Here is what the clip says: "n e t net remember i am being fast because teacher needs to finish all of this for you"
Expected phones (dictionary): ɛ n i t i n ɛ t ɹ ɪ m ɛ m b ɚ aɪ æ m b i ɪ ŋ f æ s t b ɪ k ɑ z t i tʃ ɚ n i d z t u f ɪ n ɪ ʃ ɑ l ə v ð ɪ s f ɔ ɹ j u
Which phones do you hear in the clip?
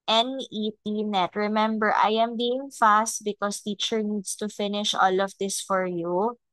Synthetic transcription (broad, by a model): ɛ n i t i n ɛ t ɹ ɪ m ɛ m b ɚ aɪ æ m b i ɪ ŋ f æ s t b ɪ k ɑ s t i tʃ ɚ n i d s t u f ɪ n ɪ ʃ ɑ l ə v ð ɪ s f ɔ ɹ j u